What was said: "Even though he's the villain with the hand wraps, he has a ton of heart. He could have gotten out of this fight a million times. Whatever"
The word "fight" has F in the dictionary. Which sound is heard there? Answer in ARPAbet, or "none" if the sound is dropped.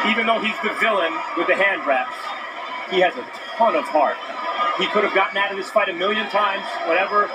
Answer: P